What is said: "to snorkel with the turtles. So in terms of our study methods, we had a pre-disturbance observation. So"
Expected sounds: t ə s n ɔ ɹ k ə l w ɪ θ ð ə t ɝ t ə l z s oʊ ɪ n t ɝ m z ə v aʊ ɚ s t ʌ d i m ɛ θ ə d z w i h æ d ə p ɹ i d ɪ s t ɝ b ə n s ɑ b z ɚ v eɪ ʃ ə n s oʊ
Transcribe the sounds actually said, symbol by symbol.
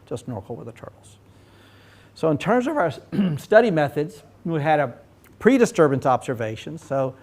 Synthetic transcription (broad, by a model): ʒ ə s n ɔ ɹ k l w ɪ ð ə t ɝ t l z s oʊ ɪ n t ɝ m z ə v aʊ ɚ s t ʌ d i m ɛ θ ə d z w i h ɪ d ə p ɹ i d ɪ s t ɝ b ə n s ɑ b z ɚ v eɪ ʃ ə n s oʊ